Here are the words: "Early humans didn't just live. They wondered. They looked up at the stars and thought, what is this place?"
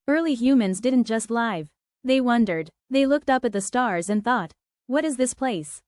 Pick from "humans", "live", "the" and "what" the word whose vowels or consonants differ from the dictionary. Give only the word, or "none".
none